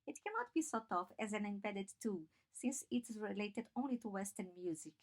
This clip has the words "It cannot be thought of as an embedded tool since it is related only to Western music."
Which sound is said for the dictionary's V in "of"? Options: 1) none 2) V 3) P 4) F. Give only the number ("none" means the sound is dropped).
4